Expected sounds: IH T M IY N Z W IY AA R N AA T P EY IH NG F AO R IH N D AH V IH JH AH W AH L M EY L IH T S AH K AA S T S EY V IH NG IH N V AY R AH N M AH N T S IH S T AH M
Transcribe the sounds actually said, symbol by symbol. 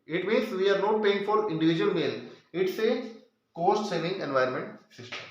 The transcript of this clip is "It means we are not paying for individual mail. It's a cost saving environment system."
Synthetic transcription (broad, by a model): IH T M IY N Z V IY AA R N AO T P EY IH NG F AO R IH N D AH V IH JH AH AH L M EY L IH T S AH K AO S T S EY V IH NG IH N V AY AH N M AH N T S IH S T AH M